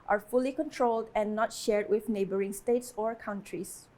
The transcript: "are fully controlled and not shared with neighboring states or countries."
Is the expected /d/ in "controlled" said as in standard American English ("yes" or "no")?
yes